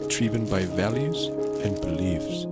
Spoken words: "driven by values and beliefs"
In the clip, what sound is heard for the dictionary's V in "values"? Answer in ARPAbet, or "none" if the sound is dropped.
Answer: V